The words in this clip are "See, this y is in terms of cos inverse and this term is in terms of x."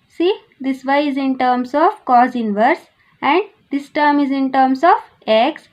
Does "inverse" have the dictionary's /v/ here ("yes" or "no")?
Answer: yes